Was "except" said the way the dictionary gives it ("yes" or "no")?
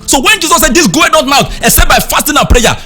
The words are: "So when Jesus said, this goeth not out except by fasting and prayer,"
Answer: no